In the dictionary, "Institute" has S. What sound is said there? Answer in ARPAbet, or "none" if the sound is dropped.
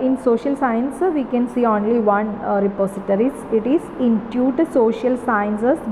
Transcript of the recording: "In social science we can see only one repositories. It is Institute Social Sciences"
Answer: none